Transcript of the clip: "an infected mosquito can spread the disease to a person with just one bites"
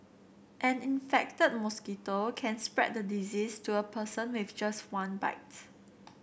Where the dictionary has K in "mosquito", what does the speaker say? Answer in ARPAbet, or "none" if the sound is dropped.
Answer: K